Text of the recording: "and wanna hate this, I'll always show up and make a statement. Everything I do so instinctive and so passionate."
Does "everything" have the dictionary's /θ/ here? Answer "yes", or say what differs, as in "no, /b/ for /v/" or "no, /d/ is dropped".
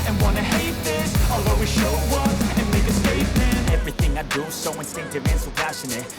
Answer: yes